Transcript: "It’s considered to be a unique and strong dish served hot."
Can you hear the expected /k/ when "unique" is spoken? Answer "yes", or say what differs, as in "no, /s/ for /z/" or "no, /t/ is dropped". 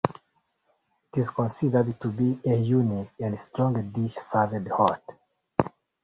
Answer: no, /k/ is dropped